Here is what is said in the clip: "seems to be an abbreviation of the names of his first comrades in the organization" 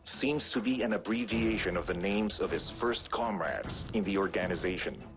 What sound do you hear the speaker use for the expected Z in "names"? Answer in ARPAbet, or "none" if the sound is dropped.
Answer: Z